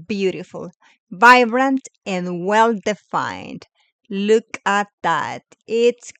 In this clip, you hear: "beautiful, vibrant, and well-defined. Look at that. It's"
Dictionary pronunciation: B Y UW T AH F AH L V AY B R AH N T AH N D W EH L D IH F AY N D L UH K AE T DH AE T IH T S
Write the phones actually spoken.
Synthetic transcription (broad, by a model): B Y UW T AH F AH L V AY B R AH N T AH N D W EH L D IH F AY N D L UH K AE T DH AE T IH T S